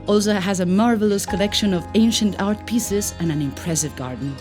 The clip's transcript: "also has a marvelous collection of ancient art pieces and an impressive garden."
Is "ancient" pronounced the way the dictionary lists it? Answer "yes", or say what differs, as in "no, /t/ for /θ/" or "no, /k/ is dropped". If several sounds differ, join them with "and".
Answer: yes